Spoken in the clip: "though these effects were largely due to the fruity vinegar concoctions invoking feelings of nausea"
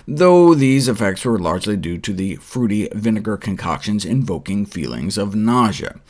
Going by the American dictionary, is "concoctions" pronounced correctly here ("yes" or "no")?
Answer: yes